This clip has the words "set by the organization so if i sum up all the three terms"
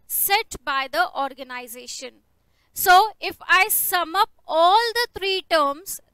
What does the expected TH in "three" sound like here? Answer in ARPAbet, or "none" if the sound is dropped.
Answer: T